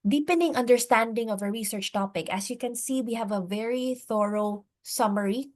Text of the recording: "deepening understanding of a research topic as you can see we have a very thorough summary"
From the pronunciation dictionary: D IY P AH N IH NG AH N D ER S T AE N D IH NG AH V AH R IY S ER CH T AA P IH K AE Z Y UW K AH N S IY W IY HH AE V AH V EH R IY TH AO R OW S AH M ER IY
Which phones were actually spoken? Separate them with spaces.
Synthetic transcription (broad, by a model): D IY P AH N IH NG AH N D ER S T AE N D IH NG AH V AH R IY S ER CH T AA P IH K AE S Y UW K AH N S IY W IY HH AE V AH V EH R IY TH AO R OW S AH M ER IY